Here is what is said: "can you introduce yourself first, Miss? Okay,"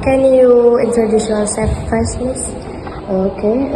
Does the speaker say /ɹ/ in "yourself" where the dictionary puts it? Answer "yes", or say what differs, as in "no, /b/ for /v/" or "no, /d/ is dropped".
no, /l/ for /ɹ/